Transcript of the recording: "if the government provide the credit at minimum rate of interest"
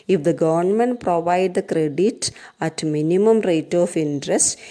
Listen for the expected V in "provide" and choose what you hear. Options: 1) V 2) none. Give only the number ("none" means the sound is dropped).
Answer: 1